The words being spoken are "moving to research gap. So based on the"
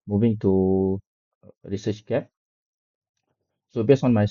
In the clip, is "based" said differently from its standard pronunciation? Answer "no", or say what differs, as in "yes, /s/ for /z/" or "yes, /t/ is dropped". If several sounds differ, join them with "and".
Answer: yes, /t/ is dropped